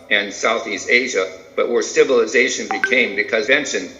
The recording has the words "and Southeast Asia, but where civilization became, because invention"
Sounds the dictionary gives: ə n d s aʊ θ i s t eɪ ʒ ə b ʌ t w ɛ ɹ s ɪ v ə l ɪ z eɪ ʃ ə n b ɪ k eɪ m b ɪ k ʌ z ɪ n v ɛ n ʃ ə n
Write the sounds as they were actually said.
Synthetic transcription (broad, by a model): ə n s aʊ θ i s t eɪ ʒ ə b ʌ t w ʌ ɹ s ɪ v ə l ɪ z eɪ ʃ ə n b ɪ k eɪ m b ɪ k ʌ z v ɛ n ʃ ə n